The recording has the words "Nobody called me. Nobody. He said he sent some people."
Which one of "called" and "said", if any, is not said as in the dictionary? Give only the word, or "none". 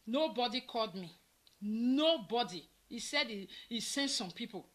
none